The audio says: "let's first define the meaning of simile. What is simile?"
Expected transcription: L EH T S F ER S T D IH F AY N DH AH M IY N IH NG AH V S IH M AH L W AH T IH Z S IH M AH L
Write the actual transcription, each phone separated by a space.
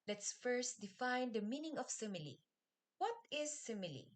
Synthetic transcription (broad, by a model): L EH T S F ER S T D IH F AY N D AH M IY N IH NG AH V S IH M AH L W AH T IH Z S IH M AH L